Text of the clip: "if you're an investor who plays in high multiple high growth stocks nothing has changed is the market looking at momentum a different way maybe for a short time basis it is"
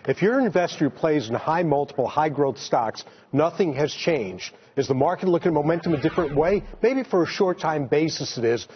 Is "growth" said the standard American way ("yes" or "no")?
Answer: yes